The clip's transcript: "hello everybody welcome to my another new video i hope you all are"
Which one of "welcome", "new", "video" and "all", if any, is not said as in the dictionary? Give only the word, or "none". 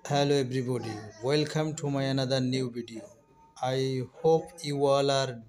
video